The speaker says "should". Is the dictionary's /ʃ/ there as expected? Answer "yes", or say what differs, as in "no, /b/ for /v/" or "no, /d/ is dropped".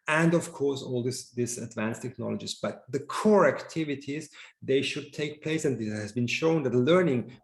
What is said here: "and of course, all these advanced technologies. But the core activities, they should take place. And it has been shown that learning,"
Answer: yes